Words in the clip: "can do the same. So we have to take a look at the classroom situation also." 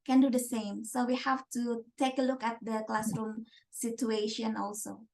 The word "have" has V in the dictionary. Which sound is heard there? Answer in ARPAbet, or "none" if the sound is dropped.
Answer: F